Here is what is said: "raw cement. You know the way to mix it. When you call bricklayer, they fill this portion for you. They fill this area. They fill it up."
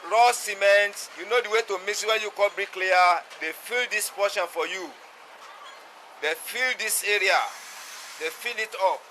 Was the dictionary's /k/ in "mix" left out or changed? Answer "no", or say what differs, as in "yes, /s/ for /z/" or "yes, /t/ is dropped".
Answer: yes, /k/ is dropped